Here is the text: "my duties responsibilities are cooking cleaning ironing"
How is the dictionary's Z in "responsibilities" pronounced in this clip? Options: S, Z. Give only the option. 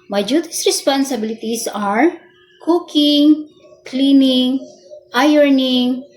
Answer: S